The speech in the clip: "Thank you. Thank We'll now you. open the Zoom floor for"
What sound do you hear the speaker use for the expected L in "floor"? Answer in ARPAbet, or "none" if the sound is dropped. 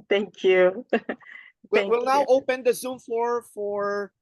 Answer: none